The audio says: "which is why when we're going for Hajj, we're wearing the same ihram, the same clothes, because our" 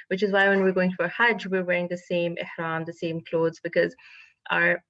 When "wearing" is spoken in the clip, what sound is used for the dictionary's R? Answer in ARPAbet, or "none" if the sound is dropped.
R